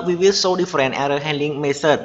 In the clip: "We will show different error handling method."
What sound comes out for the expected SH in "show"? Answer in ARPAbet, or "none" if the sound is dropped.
S